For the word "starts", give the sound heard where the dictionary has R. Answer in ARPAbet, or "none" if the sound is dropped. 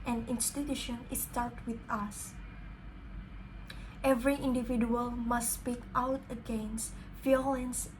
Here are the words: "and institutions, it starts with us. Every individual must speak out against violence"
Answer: L